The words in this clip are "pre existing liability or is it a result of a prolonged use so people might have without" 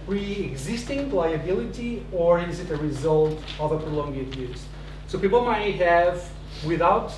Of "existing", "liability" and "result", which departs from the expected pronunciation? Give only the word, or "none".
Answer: none